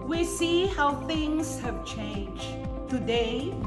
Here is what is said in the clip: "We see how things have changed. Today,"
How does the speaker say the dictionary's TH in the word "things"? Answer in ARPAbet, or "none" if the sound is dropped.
TH